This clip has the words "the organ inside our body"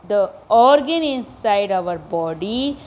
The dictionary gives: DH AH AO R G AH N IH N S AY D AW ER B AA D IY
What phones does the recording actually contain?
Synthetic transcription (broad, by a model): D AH AO R G AH N IH N S AY D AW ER B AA D IY